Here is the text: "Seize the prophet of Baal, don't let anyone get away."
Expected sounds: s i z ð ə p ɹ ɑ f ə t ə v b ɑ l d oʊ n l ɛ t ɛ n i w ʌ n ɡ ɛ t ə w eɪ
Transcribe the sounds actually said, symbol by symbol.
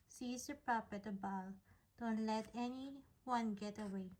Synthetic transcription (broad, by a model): s i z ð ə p ɹ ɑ p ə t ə b ɑ l d oʊ n l ɛ t ɛ n i w ʌ n ɡ ɛ t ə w eɪ